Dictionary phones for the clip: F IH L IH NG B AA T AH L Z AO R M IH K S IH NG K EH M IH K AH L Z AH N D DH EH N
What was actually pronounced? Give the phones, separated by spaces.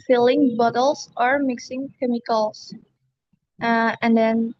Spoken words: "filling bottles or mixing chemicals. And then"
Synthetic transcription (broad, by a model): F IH L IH NG B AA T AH L S AO R M IH K S IH NG K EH M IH K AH L S AH N D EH N